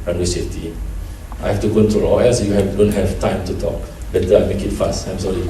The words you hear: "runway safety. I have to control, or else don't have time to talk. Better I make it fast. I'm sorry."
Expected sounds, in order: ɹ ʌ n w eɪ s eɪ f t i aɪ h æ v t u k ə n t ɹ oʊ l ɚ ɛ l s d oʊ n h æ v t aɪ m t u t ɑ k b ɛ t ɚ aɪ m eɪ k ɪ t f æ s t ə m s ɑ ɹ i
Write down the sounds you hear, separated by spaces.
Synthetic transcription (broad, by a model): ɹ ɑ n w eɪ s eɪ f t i aɪ h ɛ f t u k ə n t ɹ oʊ l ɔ ɛ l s d oʊ n h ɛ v t aɪ m t u t ɑ k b ɛ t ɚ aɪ m eɪ k ɪ t f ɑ s t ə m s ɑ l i